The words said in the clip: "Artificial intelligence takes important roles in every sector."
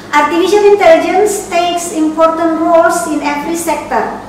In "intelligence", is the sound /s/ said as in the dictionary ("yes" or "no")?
yes